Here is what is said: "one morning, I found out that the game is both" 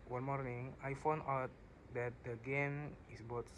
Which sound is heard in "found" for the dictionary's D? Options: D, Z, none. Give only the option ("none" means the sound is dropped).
none